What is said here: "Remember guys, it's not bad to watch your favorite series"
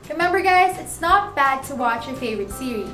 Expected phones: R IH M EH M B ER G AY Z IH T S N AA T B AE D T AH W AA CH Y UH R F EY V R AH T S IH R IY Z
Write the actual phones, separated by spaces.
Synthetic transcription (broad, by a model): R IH M EH M B ER G AY Z IH T S N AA T B AE D T AH W AA CH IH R F EY V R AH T S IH R IY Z